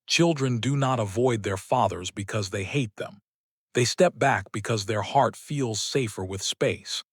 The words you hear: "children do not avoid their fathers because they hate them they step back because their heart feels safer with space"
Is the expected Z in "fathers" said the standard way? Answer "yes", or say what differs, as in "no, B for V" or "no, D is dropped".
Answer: yes